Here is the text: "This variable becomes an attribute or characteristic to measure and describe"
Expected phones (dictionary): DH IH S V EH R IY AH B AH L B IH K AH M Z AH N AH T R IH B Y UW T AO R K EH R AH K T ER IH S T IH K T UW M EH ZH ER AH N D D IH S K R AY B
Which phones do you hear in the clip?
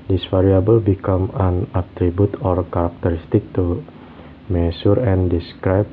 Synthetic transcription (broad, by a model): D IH S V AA R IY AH B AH L B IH K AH M AH N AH T R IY B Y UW T AO R K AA R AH K T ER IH S T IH K T UW M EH S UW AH N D D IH S K R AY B